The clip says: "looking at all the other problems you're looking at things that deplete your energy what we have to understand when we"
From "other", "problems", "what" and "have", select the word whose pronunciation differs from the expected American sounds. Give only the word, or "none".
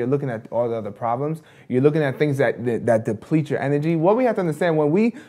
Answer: have